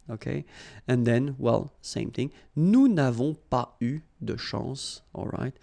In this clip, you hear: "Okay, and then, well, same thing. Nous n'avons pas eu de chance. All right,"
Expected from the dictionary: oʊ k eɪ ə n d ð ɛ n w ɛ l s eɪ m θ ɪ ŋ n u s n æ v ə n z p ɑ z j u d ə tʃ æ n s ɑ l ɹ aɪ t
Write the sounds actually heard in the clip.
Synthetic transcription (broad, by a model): oʊ k eɪ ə n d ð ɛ n w ɛ l s eɪ m θ ɪ ŋ n u n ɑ v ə p ɑ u d ə ʃ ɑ s ɑ l ɹ aɪ t